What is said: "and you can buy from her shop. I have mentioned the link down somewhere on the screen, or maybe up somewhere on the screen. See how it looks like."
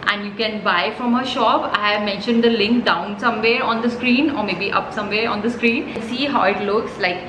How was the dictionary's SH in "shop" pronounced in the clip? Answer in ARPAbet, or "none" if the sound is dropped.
SH